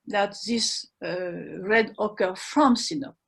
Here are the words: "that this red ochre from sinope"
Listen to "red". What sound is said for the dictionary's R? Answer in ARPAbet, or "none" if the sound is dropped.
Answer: R